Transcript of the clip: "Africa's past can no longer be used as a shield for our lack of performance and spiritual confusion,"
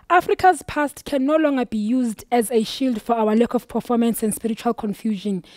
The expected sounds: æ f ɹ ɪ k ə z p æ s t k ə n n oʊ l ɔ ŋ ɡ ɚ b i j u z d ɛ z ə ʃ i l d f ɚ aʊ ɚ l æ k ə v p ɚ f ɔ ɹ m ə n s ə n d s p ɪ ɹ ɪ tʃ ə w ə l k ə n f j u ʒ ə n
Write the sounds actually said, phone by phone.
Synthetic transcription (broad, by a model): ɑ f ɹ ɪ k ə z p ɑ s t k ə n n oʊ l ɔ ŋ ɡ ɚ b i j u z d ɛ z ə ʃ i l d f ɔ aʊ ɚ l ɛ k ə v p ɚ f ɔ m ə n s ə n d s p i ɹ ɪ tʃ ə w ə l k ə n f j u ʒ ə n